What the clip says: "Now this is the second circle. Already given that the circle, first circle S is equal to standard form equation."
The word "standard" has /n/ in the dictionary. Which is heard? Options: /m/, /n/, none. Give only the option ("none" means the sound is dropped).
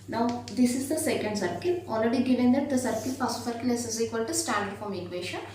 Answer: none